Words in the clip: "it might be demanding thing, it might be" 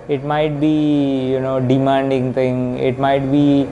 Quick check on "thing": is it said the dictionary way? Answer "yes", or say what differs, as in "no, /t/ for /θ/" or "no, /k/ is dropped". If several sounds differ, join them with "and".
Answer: no, /t/ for /θ/